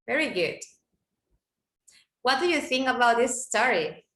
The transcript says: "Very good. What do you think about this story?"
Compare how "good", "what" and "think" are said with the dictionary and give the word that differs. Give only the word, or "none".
think